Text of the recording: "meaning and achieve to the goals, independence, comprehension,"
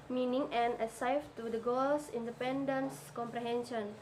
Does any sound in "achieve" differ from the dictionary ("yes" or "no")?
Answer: yes